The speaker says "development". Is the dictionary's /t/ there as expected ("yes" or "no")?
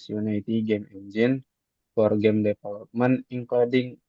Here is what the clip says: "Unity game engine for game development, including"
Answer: no